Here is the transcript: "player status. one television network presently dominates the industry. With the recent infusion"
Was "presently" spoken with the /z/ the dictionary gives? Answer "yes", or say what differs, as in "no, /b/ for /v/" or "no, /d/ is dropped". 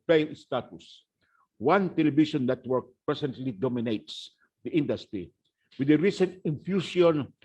no, /s/ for /z/